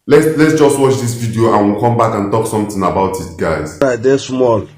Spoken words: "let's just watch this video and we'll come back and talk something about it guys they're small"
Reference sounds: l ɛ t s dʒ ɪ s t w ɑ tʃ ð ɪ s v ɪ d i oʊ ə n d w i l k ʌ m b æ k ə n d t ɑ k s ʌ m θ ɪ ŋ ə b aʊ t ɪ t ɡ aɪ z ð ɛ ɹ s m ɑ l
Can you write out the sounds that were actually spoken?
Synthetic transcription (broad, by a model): l ɛ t s dʒ ɪ s t w ɑ tʃ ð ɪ s v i d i oʊ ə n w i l k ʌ m b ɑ k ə n t ɑ k s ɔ m t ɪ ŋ ə b aʊ t ɪ t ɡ aɪ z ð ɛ s m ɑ l